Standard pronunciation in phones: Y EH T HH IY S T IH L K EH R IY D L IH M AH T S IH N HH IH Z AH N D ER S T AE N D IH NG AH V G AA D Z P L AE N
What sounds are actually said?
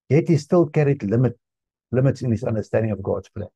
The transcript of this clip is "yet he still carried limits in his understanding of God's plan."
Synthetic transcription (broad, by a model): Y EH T HH IY S T IH L K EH R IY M L IH M AH T S IH N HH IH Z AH N D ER S T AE N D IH NG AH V G AA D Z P L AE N